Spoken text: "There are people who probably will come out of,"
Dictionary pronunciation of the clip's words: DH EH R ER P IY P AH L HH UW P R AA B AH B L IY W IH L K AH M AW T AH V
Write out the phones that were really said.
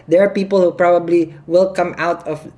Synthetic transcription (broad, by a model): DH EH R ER P IY P AH L HH UW P R AA B AH B L IY W IH L K AH M AW T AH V